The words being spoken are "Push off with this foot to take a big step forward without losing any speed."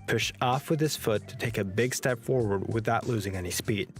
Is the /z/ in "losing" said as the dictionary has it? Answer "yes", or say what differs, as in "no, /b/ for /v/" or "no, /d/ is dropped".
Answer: yes